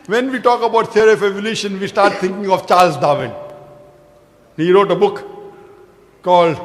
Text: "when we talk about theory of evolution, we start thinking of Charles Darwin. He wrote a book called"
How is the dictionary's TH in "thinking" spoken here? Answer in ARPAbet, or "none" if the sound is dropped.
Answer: T